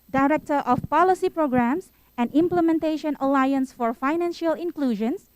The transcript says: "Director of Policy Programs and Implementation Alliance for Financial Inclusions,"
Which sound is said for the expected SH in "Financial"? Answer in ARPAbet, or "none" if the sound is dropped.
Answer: SH